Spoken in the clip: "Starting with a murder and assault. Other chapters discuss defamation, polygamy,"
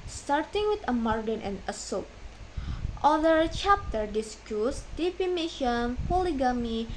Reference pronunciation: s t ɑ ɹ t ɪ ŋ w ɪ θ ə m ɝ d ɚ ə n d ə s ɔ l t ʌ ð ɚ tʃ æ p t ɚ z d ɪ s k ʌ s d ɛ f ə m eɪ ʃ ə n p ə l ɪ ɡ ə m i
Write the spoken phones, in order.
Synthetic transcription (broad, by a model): s t ɑ ɹ t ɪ ŋ w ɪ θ ə m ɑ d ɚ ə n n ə s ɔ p t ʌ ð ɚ tʃ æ p t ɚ d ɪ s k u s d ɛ p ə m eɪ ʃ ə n p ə l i ɡ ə m i